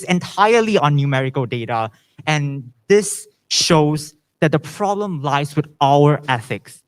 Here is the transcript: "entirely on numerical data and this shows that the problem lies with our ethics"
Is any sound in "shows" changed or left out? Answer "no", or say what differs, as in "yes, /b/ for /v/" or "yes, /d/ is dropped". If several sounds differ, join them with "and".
no